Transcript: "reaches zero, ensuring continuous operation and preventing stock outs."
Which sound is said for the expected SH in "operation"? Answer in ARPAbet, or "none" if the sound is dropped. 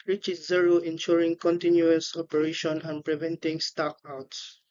SH